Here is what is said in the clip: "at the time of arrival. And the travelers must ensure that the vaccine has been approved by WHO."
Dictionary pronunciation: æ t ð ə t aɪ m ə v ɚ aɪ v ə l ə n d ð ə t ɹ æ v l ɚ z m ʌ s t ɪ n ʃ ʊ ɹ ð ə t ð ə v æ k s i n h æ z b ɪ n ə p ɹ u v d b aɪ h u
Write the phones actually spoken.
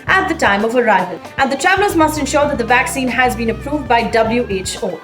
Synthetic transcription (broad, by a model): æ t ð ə t aɪ m ə v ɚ aɪ v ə l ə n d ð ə t ɹ æ v l ɚ z m ʌ s t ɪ n ʃ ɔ ɹ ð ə t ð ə v æ k s i n h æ z b ɪ n ə p ɹ u v d b aɪ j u